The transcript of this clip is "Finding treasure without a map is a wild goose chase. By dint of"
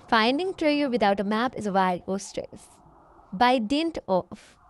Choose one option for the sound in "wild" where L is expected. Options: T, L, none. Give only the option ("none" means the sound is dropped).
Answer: none